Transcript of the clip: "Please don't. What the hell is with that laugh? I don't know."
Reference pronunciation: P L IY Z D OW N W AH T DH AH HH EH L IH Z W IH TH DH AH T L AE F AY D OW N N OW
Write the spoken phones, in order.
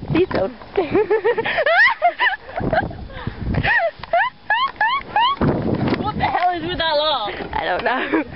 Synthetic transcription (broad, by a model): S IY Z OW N W AH T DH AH HH EH L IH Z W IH DH AH T L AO AY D OW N N OW